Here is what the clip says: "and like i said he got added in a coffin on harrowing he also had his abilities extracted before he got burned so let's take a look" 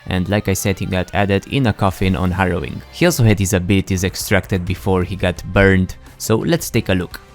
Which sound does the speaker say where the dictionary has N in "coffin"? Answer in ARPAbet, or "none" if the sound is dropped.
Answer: N